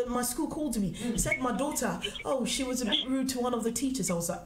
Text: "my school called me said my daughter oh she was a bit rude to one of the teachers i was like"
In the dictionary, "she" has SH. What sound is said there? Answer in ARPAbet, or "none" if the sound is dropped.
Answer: SH